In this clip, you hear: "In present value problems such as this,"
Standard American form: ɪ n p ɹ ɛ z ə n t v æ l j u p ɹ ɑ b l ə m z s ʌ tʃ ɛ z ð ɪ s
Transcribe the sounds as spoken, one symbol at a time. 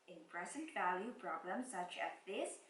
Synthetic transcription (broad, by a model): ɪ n p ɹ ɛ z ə n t v æ l j u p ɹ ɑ b l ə m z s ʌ tʃ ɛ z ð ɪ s